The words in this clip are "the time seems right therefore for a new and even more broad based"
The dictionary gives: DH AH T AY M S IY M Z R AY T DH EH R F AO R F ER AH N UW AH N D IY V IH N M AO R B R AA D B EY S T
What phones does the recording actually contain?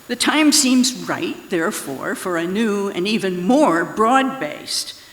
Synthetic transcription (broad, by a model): DH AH T AY M S IY M Z R AY T DH EH R F AO R F ER AH N UW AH N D IY V IH N M AO R B R AA D B EY S T